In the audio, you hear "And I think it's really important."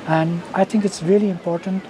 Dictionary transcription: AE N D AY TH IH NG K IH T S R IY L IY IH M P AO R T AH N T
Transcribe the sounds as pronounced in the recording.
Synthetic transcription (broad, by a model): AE N D AY T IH NG K IH T S R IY L IY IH M P AO R T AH N T